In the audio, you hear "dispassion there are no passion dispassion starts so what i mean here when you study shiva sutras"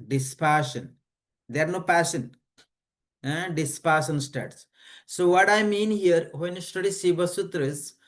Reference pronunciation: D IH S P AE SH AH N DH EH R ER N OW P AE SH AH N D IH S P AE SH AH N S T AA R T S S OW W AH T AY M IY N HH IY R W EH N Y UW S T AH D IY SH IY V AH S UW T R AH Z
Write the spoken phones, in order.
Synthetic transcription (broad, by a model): D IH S P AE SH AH N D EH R N OW P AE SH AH N D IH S P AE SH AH N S T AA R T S S OW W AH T AY M IY N HH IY R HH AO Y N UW S T AH D IY S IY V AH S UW T R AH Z